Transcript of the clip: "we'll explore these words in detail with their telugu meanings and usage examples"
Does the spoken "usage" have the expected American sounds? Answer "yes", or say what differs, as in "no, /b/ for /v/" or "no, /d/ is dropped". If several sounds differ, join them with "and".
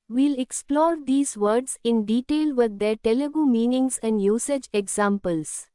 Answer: yes